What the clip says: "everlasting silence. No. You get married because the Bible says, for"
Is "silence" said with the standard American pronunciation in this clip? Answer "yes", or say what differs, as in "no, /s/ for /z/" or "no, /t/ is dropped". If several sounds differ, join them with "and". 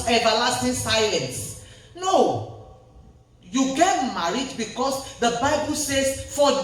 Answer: no, /l/ is dropped